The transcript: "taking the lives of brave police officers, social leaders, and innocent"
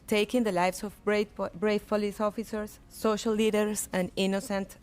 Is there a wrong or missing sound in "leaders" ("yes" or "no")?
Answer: yes